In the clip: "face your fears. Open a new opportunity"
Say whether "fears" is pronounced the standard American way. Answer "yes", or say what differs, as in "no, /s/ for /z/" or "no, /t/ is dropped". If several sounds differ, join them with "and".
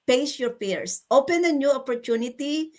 no, /p/ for /f/ and /s/ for /z/